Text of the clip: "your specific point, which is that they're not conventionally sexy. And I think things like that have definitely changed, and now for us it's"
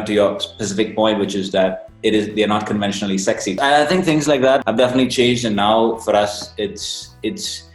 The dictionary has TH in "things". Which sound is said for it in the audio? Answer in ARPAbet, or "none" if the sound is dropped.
TH